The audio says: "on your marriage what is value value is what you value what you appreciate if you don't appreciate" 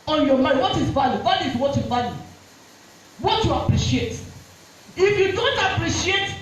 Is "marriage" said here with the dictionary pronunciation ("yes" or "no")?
no